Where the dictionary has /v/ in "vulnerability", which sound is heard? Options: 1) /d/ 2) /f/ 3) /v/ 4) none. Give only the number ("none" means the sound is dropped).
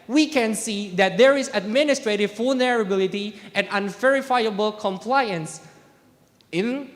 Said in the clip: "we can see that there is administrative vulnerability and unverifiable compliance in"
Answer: 2